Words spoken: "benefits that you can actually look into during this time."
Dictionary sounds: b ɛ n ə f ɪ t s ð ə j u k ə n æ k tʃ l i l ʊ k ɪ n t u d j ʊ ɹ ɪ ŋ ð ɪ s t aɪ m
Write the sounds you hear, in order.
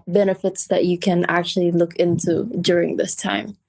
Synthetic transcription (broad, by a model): b ɛ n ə f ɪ t s ð ə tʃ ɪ k ə n æ k tʃ l i l ʊ k ɪ n t u d j ʊ ɹ ɪ ŋ ð ɪ s t aɪ m